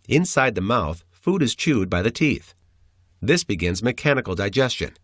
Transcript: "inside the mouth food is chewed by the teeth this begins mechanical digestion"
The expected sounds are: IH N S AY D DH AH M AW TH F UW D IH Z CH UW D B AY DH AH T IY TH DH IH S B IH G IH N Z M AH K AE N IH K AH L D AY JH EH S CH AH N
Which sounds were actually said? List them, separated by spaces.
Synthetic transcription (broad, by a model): IH N S AY D DH AH M AW TH F UW D IH Z CH UW D B AY DH AH T IY TH DH IH S B IH G IH N Z M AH K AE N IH K L D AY JH EH S CH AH N